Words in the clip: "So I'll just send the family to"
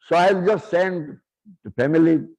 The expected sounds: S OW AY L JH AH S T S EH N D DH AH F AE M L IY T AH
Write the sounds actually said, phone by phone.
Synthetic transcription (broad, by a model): S OW AY L JH AH S T S EH N D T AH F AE M IY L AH